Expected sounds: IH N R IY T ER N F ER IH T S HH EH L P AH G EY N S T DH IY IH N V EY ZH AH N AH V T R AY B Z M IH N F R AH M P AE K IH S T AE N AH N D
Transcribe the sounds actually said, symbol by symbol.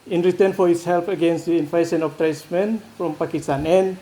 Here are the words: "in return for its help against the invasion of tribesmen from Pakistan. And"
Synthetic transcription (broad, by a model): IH N R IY T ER N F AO IH T S HH EH L P AH G EY N S T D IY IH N F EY S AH N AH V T R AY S M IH N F R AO M P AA K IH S T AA N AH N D